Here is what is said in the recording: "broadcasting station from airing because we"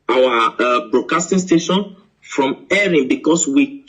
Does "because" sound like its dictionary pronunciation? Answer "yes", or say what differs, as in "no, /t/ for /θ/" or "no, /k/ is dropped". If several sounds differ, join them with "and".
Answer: no, /s/ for /z/